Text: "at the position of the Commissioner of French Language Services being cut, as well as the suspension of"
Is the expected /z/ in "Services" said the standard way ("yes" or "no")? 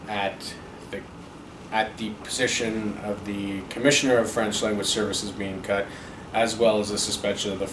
yes